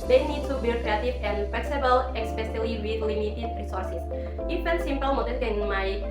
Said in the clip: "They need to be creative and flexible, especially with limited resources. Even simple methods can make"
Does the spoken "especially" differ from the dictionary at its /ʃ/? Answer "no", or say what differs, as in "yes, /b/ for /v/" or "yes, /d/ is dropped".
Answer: yes, /s/ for /ʃ/